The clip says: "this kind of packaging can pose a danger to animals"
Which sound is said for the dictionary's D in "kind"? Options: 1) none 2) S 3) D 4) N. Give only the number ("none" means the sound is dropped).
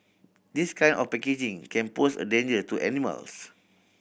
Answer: 1